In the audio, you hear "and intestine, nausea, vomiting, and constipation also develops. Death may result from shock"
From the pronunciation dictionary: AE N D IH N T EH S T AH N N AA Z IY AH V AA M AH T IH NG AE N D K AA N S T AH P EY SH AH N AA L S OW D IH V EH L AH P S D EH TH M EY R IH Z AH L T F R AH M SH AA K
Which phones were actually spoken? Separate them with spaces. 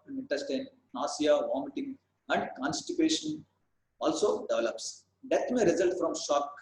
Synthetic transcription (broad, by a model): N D IH N T EH S T AH N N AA S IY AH V AA M AH T IH NG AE N D K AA N S T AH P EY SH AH N AA L S OW D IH V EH L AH P S D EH T M EY R IH Z AH L T F R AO M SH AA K